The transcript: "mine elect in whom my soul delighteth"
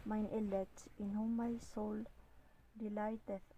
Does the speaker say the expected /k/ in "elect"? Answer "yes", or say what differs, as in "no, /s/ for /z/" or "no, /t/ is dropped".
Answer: no, /k/ is dropped